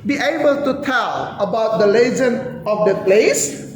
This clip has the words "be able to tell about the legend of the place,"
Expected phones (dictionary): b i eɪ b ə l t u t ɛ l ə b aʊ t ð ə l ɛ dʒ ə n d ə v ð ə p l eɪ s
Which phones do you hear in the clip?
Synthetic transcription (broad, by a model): b i eɪ b ə l t u t ɛ l ə b aʊ t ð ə l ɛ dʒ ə n ə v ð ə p l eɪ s